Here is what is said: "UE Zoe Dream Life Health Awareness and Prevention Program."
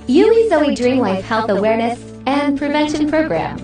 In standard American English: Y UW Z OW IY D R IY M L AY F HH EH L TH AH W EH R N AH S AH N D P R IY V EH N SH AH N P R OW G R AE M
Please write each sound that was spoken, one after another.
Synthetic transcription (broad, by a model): Y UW Z OW IY D R IY M L AY F HH EH L TH AH W EH R N AH S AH N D P R IY V EH N SH AH N P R OW G R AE M